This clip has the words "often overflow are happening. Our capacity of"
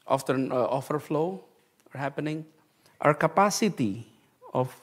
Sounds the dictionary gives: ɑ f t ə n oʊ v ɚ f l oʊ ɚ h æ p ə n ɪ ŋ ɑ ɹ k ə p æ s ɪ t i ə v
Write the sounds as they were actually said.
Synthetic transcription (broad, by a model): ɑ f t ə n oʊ f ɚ f l oʊ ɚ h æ p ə n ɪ ŋ ɑ ɹ k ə p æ s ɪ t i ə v